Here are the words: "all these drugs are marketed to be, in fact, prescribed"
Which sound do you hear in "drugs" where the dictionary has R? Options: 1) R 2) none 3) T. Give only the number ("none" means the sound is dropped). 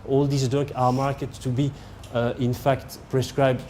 2